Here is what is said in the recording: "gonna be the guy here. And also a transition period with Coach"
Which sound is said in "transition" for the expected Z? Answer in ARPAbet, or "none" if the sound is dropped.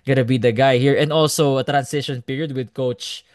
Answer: S